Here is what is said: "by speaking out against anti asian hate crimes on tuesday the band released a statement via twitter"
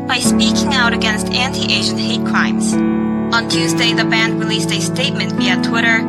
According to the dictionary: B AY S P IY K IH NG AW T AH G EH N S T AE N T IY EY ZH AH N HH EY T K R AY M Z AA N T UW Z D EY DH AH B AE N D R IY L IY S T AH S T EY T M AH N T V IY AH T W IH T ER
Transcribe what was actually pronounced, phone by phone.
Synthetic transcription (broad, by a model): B AY S P IY K IH NG AW T AH G EH N S T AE N T IY EY ZH AH N HH EY T K R AY M Z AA N T UW Z D EY DH AH B AE N D R IY L IY S T AH S T EY T M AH N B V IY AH T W IH T ER